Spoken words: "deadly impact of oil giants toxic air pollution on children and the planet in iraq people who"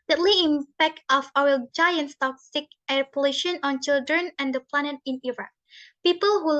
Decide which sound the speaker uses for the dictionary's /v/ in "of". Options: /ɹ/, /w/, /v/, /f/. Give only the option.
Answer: /w/